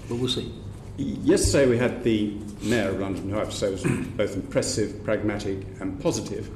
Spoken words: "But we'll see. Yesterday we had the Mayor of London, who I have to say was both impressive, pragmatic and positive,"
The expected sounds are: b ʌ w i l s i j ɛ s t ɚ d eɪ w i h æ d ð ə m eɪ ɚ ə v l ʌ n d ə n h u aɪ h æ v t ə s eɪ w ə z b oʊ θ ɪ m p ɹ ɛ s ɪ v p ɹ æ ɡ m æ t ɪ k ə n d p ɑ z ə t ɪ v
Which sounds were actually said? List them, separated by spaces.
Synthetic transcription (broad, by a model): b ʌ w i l s i j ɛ s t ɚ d eɪ w i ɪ d ð ə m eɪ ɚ ə v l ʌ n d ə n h aɪ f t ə s eɪ w ə z b oʊ θ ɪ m p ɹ ɛ s ɪ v p ɹ æ ɡ m æ t ɪ k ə n p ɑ z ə t ɪ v